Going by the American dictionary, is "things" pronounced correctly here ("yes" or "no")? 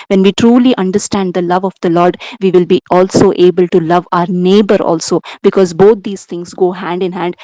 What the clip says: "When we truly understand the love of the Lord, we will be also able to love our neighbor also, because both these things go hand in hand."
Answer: no